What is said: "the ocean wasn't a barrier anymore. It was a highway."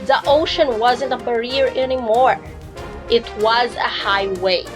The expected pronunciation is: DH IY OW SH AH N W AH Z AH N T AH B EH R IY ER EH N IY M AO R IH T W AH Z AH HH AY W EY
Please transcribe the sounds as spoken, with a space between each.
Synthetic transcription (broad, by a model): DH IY OW SH AH N W AH Z AH N T AH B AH R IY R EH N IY M AO R IH T W AH Z AH HH AY W EY